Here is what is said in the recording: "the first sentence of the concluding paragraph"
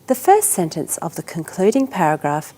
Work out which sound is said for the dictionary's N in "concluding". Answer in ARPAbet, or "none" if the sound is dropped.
N